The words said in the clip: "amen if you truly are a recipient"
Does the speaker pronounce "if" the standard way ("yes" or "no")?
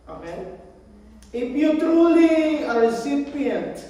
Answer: no